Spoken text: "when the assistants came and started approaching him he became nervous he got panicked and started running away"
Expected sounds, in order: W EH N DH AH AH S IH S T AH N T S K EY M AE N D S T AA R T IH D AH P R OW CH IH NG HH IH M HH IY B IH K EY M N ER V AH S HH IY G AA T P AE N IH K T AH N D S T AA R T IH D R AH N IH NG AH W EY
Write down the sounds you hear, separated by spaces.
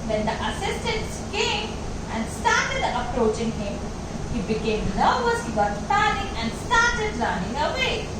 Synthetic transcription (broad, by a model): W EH N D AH AH S IH S T AH N T S K EY M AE N D S T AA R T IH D AH P R OW CH IH NG HH IH M HH IY B IH K EY M L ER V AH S HH IY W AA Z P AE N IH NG AH N D S T AA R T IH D L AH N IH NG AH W EY